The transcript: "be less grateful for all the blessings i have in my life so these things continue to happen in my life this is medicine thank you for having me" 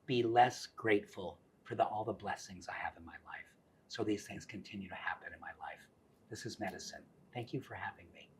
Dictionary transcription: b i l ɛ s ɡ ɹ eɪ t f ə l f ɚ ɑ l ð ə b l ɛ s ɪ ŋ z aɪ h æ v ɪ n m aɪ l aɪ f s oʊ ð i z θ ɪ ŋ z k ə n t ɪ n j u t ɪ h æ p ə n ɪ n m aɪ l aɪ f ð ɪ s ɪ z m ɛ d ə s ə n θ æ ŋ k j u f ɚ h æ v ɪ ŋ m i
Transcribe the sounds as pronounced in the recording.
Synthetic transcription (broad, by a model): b i l ɛ s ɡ ɹ eɪ t f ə l f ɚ ɑ l ð ə b l ɛ s ɪ ŋ z aɪ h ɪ v ɪ n m aɪ l aɪ f s oʊ ð i z θ ɪ ŋ z k ə n t ɪ n j u t ɪ h æ p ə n ɪ n m aɪ l aɪ f ð ɪ s ɪ z m ɛ d ə s ə n θ æ ŋ k j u f ɚ h æ v ɪ ŋ m i